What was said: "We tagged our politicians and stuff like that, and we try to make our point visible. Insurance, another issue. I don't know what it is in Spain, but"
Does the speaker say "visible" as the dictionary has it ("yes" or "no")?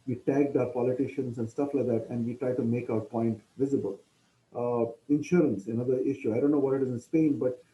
yes